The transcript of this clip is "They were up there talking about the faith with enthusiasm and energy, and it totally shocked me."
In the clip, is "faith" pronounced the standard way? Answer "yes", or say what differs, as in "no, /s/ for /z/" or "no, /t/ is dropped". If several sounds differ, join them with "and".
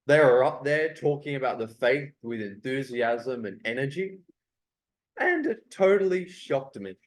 yes